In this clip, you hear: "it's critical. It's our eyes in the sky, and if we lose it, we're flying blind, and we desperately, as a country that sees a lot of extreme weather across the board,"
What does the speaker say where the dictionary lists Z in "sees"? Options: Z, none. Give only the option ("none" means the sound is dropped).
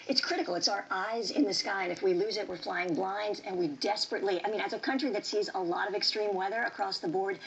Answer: Z